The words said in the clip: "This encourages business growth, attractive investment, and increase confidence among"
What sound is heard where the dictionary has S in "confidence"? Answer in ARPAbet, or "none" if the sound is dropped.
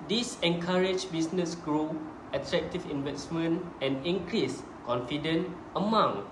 none